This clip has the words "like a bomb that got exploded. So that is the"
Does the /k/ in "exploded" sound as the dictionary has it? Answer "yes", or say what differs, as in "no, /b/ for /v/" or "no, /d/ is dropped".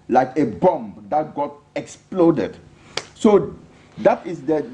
yes